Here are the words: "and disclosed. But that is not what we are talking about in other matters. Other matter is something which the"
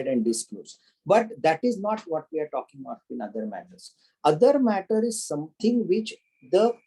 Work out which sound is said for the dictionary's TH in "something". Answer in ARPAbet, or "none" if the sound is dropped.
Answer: T